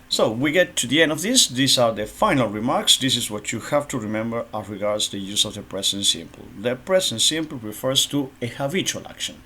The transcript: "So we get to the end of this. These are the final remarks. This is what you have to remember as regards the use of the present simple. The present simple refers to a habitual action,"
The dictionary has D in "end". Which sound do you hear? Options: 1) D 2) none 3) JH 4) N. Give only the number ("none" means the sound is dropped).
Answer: 1